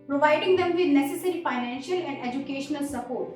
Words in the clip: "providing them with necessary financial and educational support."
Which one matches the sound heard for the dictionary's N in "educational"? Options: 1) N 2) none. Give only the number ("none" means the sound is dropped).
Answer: 1